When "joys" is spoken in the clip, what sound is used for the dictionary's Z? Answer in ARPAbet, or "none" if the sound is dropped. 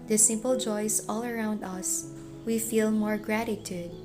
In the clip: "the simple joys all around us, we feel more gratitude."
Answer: S